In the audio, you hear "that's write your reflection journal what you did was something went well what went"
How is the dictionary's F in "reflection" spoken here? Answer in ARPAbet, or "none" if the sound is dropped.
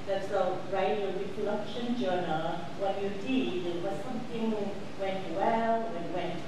none